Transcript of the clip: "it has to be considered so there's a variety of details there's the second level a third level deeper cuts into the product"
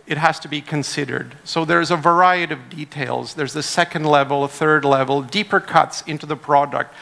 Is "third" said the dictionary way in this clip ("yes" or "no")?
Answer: yes